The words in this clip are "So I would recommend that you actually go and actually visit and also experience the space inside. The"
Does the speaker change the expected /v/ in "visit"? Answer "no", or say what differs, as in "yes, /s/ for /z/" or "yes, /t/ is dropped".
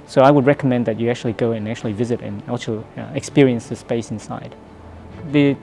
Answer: no